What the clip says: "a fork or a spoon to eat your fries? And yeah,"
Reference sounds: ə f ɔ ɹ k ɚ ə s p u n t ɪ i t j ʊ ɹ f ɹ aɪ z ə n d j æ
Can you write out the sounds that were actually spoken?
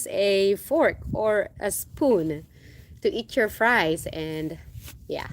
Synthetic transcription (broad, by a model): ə f ɔ ɹ k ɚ ə s p u n t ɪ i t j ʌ ɹ f ɹ aɪ z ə n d j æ